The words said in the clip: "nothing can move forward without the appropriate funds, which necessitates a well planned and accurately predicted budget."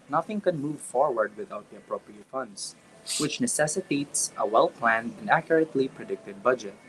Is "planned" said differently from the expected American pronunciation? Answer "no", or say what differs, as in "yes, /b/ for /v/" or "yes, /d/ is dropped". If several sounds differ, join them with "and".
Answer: no